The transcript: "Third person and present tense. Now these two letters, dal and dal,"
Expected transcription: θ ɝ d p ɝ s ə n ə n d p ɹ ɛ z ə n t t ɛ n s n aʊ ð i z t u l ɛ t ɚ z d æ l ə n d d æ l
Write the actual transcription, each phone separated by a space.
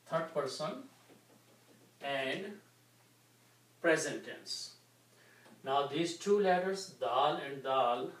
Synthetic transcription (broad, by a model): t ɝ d p ɝ s ə n ə n d p ɹ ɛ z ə n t t ɛ n s n aʊ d i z t u l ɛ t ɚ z d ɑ l ə n d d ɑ l